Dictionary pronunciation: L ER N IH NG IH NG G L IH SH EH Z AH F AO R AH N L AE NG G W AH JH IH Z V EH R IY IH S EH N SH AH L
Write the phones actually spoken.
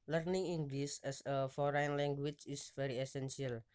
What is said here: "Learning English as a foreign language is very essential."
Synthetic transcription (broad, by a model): L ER N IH NG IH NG G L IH S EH S AH F AO R AH N L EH NG G W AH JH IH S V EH R IY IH S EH N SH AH L